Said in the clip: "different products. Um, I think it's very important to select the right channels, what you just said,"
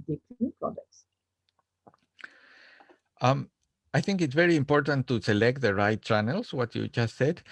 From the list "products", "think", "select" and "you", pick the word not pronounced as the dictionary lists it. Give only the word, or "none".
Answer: none